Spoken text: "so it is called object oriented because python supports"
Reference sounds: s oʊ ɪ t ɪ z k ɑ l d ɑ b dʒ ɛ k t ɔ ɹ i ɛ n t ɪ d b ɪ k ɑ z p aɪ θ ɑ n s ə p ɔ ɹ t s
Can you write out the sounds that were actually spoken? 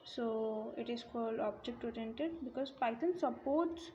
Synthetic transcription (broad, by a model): s oʊ ɪ t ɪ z k ɑ l d ɑ b dʒ ɛ k t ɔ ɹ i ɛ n t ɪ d b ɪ k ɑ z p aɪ t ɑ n s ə p ɔ ɹ t s